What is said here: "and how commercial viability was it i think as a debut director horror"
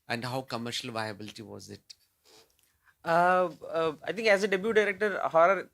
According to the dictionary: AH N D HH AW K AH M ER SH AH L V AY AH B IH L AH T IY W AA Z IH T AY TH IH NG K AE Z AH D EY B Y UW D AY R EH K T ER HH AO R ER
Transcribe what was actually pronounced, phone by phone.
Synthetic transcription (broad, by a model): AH N D HH AW K AH M ER SH AH L V AY AH B IH L AH T IY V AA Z IH T AY T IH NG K AE Z AH D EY B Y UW D AY R EH K T ER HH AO R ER